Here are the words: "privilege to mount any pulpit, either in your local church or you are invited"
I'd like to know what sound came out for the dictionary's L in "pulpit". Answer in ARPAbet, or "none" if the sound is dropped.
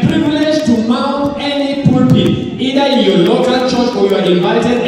none